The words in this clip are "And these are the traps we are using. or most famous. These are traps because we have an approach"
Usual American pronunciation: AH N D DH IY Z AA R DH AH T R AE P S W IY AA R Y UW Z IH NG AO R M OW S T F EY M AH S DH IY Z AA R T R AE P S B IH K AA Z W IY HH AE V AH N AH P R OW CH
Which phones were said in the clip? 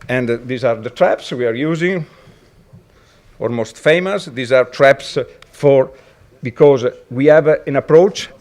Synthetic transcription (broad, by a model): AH N D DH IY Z AA R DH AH T R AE P S W IY AA R Y UW Z IH NG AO L M OW S T F EY M AH S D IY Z AA R T R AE P S B IH K AA Z W IY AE V AH N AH P R OW CH